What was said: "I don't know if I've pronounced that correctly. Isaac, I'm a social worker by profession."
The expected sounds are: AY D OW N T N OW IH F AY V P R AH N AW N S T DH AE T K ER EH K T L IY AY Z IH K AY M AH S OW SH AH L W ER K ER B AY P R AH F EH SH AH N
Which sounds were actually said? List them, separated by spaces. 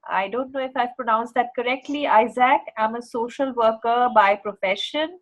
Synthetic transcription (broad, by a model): AY D OW N T N OW IH F AY V P R AH N AW N S T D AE T K ER EH K T L IY AY Z IH K AY M AH S OW SH AH L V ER K ER B AY P R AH F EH SH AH N